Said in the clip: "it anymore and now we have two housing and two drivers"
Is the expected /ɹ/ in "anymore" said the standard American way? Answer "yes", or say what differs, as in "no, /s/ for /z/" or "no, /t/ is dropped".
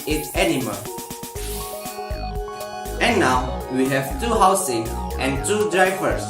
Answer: no, /l/ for /ɹ/